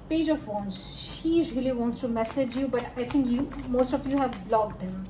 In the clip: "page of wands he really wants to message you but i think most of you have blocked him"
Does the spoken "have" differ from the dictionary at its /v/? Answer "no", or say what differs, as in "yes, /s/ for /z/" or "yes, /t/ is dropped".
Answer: no